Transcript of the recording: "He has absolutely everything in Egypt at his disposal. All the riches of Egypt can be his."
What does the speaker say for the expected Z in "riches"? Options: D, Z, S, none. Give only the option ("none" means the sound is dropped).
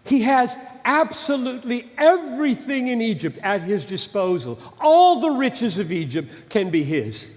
Z